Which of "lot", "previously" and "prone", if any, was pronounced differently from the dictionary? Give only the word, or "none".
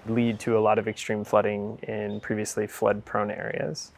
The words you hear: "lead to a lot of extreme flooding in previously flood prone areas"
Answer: none